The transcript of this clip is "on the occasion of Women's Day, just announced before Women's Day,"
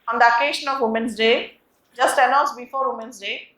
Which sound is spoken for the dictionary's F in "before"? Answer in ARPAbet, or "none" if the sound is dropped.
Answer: F